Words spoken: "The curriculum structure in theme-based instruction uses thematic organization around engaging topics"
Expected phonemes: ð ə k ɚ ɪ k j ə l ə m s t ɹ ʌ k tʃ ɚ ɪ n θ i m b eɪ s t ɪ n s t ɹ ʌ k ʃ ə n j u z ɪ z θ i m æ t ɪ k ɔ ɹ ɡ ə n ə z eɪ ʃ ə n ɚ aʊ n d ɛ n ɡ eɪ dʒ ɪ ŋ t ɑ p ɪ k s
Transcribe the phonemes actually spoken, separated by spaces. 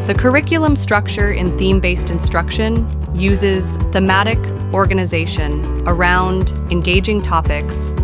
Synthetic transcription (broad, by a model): ð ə k ɚ ɪ k j l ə m s t ɹ ʌ k tʃ ɚ ɪ n θ i m b eɪ s t ɪ n s t ɹ ʌ k ʃ ə n j u z ɪ z θ i m æ t ɪ k ɔ ɹ ɡ ə n ə z eɪ ʃ ə n ɚ aʊ n d ɛ n ɡ eɪ dʒ ɪ ŋ t ɑ p ɪ k s